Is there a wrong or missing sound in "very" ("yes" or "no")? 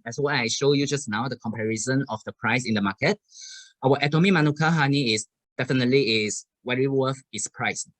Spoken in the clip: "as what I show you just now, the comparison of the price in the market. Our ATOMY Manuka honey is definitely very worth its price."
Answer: yes